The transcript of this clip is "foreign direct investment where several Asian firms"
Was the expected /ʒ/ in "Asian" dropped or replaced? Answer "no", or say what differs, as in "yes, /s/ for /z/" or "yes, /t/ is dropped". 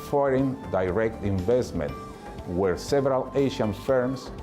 yes, /ʃ/ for /ʒ/